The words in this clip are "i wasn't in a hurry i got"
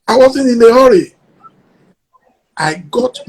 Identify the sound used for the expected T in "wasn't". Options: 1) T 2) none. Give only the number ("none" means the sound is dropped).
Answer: 2